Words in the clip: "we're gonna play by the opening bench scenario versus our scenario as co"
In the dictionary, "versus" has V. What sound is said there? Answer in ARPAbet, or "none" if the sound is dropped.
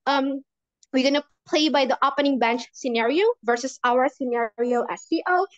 V